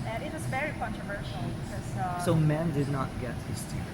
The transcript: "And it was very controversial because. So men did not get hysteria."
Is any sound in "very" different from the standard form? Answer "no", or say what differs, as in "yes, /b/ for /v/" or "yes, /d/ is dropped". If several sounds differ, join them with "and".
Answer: no